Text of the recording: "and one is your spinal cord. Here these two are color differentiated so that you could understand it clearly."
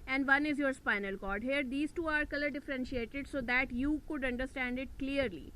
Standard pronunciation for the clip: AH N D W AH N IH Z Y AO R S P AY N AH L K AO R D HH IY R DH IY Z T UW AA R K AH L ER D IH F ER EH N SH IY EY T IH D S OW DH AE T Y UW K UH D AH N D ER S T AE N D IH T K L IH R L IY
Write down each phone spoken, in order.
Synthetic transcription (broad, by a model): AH N D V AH N IH Z Y AO R S P AY N AH L K AO R D HH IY R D IY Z T UW AA R K AH L ER D IH F ER EH N SH IY EY T IH D S OW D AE T Y UW K UH D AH N D ER S T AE N D IH T K L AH R L IY